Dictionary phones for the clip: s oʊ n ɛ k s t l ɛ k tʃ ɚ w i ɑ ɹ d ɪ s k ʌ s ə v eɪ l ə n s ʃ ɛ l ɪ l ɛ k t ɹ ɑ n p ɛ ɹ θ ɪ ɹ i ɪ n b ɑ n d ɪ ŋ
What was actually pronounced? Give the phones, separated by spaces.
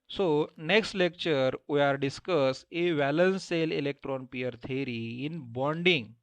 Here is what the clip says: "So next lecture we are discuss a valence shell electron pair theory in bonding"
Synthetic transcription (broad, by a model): s oʊ n ɛ k s t l ɛ k tʃ ɚ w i ɑ ɹ d ɪ s k ʌ s ə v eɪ l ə n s s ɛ l ɪ l ɛ k t ɹ ɑ n p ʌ ɹ t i ɹ i ɪ n b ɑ n d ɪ ŋ